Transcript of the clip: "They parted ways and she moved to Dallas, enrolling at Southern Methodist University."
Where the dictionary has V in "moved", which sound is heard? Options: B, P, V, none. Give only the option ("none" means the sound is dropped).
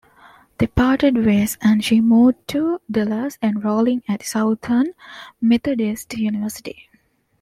none